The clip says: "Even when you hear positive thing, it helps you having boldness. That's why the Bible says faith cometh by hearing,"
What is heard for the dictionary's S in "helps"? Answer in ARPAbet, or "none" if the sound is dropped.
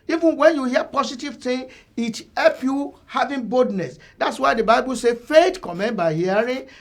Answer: none